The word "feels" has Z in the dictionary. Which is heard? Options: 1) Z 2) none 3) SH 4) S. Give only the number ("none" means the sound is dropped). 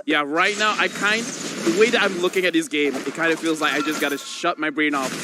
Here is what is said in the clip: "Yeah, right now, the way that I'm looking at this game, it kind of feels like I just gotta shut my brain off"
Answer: 1